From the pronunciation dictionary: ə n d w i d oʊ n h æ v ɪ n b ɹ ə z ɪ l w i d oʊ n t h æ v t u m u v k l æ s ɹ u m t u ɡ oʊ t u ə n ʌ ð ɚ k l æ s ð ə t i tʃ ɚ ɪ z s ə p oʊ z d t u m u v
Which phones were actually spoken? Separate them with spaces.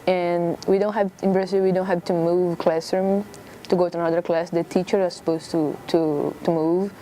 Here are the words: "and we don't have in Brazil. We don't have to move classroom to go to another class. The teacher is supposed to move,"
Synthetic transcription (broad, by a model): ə n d w i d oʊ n h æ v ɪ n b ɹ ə s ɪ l w i d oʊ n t h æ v t u m u v k l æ s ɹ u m t u ɡ oʊ t u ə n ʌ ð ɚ k l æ s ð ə t i tʃ ɚ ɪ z s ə p oʊ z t t u m u v